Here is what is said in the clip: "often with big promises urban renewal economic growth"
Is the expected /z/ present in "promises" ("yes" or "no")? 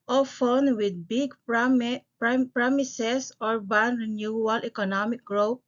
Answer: no